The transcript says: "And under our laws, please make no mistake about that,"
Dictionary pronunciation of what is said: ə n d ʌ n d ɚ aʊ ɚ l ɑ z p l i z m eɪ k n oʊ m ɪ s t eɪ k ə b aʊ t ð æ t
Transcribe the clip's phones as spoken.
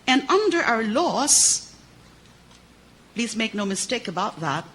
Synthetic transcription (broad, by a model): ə n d ʌ n d ɚ aʊ ɚ l ɑ s p l i z m eɪ k n oʊ m ɪ s t eɪ k ə b aʊ t ð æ t